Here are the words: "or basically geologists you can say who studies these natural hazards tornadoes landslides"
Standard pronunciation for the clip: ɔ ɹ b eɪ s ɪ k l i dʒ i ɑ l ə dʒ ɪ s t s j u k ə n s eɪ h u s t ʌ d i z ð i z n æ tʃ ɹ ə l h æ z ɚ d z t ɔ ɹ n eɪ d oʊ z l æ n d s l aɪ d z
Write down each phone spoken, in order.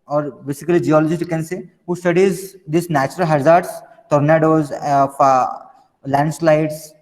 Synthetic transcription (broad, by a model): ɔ ɹ b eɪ s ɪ k l i dʒ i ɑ l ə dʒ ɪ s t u k ə n s eɪ h u s t ʌ d i z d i s n æ tʃ ɹ ə l h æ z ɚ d s t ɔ ɹ n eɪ d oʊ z l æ n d s l aɪ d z